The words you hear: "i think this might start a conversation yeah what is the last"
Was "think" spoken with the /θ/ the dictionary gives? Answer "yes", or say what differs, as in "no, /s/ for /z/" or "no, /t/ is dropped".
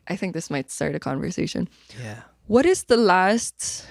yes